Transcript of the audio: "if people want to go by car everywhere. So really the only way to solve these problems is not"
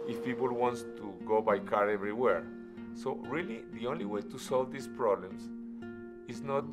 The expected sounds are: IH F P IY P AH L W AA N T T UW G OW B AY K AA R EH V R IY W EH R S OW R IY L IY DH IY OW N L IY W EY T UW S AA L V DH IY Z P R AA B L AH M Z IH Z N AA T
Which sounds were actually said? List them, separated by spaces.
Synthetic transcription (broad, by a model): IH F P IY P AH L W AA N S T UW G OW B AY K AA R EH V R IY W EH R S OW R IY L IY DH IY OW N L IY W EY T UW S AA L V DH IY S P R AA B L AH M S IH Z N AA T